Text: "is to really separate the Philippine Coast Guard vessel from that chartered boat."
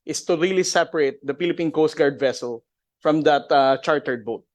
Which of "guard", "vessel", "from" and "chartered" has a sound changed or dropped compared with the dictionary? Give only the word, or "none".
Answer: none